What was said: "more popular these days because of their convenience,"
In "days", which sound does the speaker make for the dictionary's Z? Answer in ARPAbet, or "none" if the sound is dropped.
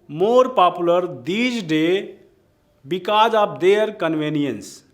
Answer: none